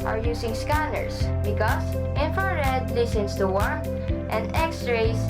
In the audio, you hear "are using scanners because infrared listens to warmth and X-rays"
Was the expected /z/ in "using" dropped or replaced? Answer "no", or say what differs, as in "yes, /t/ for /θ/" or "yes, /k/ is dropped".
yes, /s/ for /z/